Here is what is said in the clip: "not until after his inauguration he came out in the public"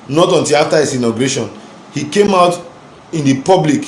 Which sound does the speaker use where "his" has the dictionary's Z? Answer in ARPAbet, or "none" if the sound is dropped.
S